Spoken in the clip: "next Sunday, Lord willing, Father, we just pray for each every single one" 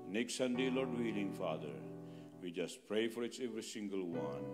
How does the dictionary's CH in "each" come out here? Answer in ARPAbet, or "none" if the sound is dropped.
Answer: S